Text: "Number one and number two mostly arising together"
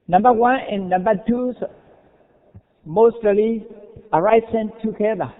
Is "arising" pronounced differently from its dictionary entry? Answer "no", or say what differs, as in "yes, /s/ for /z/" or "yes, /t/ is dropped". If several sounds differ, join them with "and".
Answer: yes, /s/ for /z/